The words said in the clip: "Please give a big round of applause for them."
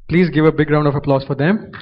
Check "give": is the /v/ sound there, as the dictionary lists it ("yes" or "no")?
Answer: yes